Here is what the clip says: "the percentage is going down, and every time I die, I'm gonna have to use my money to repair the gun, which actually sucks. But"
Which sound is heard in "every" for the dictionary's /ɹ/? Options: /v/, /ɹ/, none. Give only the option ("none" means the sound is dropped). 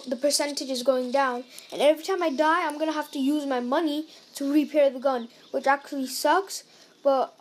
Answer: /ɹ/